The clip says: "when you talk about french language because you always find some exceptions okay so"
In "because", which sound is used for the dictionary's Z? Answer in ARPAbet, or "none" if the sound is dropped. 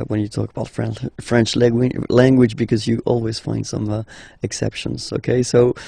Z